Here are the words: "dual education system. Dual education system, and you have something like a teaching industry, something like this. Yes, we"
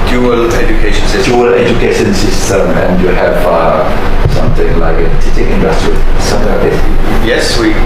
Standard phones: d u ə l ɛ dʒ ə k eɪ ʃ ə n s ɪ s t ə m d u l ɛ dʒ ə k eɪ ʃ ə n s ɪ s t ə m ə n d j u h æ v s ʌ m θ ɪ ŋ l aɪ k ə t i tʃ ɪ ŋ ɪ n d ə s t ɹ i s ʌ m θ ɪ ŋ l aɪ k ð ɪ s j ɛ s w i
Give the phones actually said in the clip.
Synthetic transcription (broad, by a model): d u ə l ɛ dʒ ə k eɪ ʃ ə n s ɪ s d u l ɛ dʒ ə k eɪ ʃ ə n s ɪ s t ə m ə n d j u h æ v s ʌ m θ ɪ ŋ l aɪ k ə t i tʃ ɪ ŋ ɪ n d ə s t ɹ i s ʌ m t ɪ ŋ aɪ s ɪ j ɛ s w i